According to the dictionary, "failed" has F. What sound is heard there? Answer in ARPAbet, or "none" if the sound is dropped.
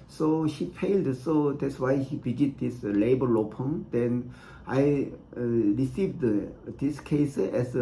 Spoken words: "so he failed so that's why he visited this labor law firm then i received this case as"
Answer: P